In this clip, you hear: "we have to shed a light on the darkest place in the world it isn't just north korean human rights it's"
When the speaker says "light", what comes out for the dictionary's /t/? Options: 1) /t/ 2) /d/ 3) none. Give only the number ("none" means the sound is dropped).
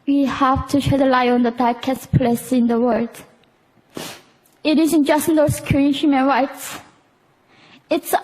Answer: 3